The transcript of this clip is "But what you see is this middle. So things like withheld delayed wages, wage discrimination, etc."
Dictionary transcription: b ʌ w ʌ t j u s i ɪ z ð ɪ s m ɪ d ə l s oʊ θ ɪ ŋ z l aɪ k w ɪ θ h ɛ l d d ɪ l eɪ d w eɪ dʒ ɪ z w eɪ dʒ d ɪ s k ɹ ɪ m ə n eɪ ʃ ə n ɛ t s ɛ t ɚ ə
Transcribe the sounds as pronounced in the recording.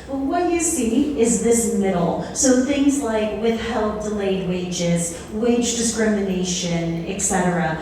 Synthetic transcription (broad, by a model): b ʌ w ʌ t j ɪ s i ɪ z ð ɪ s m ɪ d l s oʊ θ ɪ ŋ z l aɪ k w ɪ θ h ɛ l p d ɪ l eɪ d w eɪ dʒ ɪ z w eɪ dʒ d ɪ s k ɹ ɪ m ə n eɪ ʃ ə n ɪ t s ɛ t ɚ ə